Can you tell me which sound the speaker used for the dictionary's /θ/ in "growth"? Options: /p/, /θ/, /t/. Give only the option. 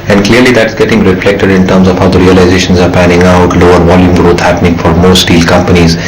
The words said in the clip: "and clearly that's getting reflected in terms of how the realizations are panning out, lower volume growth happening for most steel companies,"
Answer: /t/